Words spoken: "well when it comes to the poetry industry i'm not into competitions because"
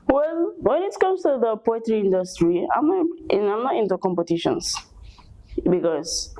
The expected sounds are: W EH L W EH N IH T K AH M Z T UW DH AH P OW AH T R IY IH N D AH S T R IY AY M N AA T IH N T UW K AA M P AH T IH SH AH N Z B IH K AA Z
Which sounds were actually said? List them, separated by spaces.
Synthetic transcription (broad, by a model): W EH L W EH N IH T K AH M S T UW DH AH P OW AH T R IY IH N D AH S T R IY AY M N AA T IH N T UW K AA M P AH T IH SH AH N S B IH K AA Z